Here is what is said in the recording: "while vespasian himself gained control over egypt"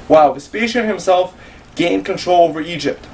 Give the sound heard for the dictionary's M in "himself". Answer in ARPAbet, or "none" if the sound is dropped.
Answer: M